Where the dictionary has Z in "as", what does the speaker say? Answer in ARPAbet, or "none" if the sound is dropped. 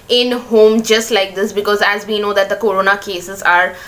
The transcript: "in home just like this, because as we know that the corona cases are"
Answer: Z